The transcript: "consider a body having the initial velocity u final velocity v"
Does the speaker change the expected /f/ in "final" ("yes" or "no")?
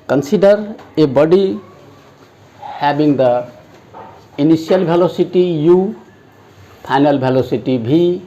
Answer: yes